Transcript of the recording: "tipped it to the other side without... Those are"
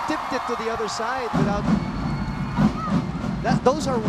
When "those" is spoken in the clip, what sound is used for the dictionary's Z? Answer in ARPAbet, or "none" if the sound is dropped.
Z